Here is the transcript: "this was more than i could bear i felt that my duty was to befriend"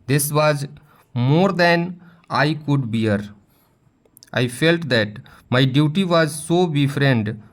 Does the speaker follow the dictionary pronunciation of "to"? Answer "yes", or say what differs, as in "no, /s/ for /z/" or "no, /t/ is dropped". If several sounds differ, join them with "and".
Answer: no, /s/ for /t/